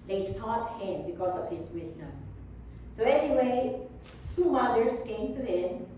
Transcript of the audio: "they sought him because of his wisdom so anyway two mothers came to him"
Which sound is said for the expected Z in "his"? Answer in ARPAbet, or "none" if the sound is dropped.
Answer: S